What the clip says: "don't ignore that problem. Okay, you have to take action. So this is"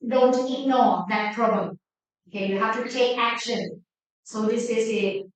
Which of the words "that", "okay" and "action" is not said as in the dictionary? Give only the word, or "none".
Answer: none